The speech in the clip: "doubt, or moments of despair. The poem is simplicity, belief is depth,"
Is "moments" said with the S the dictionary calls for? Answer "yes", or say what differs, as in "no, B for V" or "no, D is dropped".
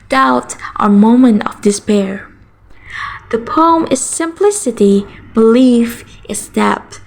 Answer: no, S is dropped